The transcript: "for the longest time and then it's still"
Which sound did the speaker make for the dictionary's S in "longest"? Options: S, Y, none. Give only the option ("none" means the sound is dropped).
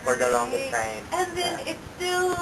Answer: none